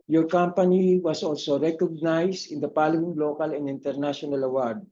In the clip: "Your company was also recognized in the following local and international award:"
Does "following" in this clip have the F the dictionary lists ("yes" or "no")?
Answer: no